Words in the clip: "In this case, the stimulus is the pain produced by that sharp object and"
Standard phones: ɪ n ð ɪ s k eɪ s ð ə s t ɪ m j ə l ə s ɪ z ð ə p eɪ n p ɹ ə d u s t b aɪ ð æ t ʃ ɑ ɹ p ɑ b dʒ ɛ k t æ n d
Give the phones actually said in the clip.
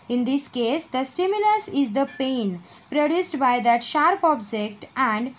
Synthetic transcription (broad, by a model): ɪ n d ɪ s k eɪ s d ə s t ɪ m j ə l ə s ɪ z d ə p eɪ n p ɹ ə d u s t b aɪ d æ t ʃ ɑ ɹ p ɑ b dʒ ɛ k t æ n d